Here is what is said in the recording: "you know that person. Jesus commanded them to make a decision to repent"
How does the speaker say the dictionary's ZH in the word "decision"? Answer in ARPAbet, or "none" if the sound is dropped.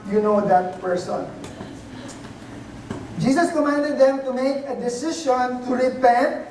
SH